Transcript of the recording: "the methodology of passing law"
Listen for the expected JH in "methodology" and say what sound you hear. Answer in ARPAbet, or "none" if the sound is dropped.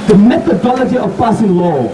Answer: JH